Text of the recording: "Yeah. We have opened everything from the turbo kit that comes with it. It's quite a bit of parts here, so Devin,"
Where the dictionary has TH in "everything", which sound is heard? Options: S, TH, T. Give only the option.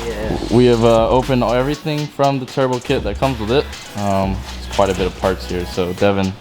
TH